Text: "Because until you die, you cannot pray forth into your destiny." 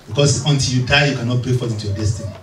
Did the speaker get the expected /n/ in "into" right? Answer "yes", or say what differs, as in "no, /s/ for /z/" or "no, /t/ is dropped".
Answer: no, /n/ is dropped